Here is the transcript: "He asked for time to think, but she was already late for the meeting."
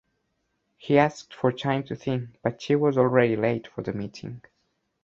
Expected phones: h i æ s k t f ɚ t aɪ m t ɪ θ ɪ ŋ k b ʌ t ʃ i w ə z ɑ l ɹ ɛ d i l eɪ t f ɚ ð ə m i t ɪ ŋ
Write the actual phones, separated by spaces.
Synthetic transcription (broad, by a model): h i æ s k t f ɚ t aɪ m t ɪ θ ɪ ŋ k b ʌ t ʃ i w ə z ɑ l ɹ ɛ d i l eɪ t f ɚ ð ə m i t ɪ ŋ